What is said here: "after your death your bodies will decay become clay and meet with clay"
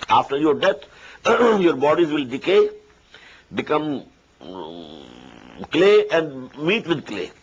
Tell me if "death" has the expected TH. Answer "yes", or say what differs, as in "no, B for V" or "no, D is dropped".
no, T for TH